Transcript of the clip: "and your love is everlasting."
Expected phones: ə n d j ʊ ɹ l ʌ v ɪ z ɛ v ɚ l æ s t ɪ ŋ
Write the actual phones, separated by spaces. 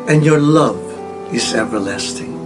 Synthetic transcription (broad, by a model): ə n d j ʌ ɹ l ʌ v ɪ z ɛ v ɚ l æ s t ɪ ŋ